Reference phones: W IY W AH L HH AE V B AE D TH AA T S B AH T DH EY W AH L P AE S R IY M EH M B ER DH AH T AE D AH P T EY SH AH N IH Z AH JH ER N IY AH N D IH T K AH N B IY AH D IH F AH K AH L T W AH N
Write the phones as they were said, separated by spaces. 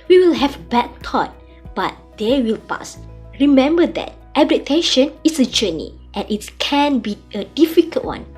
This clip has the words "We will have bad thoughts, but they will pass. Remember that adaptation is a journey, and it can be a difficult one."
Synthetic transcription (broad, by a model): W IY W AH L HH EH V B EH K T AA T B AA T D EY W AH L P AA S R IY M EH M B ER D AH T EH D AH T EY SH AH N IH S AH JH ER N IY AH N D IH T K AH N B IY AH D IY F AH K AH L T W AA N